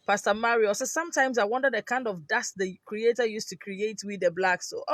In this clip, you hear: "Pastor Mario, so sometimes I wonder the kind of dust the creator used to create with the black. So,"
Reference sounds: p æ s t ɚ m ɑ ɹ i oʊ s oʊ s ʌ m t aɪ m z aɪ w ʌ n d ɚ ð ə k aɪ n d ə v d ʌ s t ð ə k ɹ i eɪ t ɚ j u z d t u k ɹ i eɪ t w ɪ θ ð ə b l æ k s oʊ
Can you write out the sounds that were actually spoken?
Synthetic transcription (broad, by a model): p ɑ s t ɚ m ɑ ɹ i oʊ s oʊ s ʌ m t aɪ m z aɪ w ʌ n d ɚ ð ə k aɪ n d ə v d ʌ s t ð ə k ɹ i eɪ t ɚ j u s t u k ɹ i eɪ t w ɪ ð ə b l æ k s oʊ